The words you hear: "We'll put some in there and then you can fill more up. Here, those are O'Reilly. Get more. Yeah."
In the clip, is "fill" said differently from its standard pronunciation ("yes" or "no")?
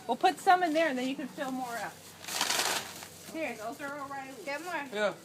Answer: no